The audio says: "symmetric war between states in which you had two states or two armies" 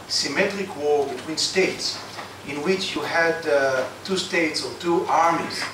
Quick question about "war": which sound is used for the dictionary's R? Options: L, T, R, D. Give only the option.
R